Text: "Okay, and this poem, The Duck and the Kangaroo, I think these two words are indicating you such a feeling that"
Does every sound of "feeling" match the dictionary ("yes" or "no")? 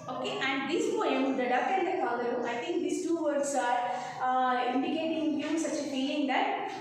no